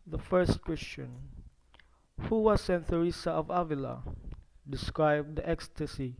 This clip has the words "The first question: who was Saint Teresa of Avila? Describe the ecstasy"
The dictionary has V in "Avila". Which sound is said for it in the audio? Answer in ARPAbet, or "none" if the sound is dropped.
V